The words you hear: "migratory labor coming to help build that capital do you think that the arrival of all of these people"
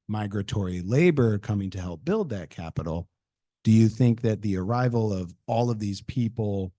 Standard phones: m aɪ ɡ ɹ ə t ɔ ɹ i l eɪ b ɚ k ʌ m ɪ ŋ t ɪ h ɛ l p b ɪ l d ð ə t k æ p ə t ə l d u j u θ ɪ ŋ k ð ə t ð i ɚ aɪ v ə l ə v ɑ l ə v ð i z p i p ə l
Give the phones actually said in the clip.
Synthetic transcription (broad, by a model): m aɪ ɡ ɹ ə t ɔ ɹ i l eɪ b ɚ k ʌ m ɪ ŋ t ɪ h ɛ l p b ɪ l d ð ə t k æ p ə t l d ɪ j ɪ θ ɪ ŋ k ð ə t ð i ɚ aɪ v l ə v ɑ l ə v ð i z p i p l